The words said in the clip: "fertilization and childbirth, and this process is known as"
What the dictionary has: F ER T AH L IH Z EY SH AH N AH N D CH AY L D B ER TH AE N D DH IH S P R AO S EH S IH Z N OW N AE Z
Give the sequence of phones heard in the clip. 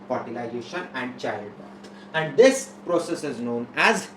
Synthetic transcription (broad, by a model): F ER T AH L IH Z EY SH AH N AH N D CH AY D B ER T AE N D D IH S P R AO S EH S IH Z N OW N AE Z